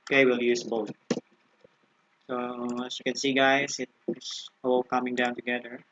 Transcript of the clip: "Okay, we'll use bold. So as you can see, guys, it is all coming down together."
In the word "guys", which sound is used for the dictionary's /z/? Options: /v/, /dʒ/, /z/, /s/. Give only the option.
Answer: /s/